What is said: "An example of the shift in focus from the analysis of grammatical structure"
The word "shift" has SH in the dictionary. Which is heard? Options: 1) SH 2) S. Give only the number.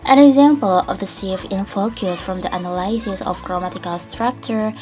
2